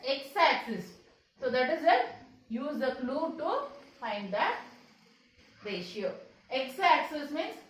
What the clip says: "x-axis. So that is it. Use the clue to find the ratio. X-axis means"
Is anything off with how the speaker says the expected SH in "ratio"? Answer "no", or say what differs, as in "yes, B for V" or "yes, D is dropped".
no